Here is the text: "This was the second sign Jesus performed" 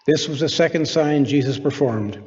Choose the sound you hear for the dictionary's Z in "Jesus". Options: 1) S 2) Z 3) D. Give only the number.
2